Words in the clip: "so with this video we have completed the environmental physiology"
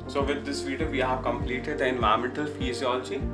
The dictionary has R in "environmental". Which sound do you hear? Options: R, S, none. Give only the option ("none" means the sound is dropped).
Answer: none